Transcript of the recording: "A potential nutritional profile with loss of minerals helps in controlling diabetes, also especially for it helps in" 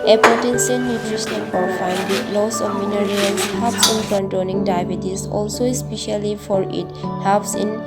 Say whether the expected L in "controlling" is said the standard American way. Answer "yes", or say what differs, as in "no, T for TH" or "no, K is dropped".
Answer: no, N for L